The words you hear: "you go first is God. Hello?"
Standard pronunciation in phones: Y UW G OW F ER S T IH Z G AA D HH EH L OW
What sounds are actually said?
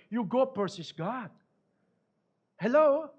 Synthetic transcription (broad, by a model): Y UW G OW P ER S IH S G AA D HH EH L OW